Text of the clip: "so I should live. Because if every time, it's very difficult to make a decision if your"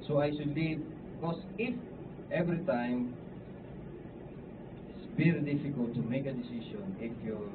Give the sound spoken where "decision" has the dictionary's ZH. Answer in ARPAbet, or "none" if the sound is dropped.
S